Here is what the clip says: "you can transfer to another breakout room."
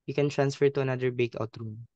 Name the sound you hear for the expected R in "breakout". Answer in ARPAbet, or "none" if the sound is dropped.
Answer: none